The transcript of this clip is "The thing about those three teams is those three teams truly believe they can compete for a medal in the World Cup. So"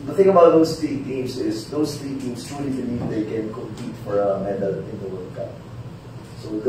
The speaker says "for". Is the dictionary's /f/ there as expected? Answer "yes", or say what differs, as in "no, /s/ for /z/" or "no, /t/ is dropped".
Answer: yes